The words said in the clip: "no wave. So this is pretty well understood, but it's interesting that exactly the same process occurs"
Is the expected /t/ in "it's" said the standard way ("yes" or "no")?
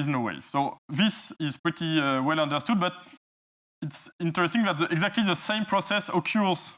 yes